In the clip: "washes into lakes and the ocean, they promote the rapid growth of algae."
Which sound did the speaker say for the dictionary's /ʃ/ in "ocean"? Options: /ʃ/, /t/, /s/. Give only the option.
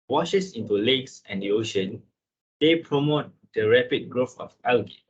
/ʃ/